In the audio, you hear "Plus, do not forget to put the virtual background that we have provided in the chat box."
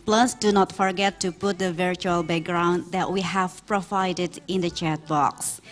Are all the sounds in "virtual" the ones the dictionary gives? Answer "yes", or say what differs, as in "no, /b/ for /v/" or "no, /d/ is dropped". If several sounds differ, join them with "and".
yes